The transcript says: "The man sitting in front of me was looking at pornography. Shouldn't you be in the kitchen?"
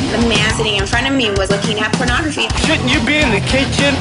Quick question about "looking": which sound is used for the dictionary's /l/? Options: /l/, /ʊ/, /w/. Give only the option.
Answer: /l/